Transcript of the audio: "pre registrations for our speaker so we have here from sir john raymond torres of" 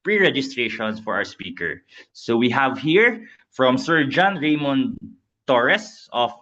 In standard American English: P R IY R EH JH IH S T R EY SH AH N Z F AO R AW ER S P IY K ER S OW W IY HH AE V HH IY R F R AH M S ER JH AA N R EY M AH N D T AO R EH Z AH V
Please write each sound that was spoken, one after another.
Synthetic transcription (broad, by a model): P R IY R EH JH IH S T R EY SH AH N S F AO R AW ER S P IY K ER S OW W IY HH AE V HH IY R F R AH M S ER JH AA N R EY M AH N T AO R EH S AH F